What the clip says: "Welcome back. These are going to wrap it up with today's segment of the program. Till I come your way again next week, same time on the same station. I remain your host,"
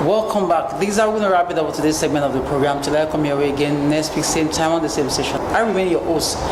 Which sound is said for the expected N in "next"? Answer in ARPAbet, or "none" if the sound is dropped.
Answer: L